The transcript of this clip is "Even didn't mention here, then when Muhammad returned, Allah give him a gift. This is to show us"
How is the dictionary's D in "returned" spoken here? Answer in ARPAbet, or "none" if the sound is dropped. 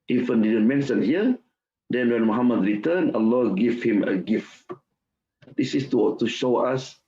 none